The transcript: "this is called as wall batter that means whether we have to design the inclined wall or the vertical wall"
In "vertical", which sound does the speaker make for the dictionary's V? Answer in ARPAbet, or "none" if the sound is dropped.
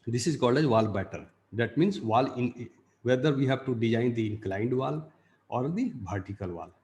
B